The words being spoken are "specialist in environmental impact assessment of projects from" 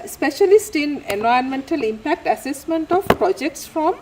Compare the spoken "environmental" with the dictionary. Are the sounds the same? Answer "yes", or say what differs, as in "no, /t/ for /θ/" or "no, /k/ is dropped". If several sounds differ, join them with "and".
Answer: no, /ɹ/ is dropped